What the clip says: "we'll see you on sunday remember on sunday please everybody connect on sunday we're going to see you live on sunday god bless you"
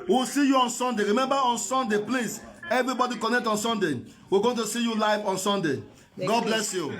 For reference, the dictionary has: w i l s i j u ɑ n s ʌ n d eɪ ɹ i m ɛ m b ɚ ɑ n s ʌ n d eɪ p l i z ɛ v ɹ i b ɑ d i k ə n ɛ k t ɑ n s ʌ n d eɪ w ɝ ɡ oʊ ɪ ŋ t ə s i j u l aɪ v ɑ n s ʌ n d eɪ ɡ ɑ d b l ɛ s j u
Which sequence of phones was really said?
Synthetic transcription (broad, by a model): w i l s i j u ɑ n s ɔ n d eɪ ɹ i m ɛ m b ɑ ɑ n s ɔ n d eɪ p l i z ɛ v ɹ i b ɑ d i k ə n ɛ k t ɑ n s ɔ n d eɪ w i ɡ oʊ t ə s i j u l aɪ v ɑ n s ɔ n d eɪ ɡ ɑ d b l ɛ s j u